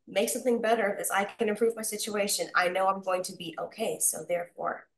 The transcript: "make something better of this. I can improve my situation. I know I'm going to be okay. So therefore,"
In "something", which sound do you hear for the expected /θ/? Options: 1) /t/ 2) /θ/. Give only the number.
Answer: 2